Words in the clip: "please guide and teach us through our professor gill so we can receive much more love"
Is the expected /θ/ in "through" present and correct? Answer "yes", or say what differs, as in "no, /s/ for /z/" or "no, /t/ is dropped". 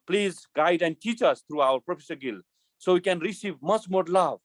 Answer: no, /t/ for /θ/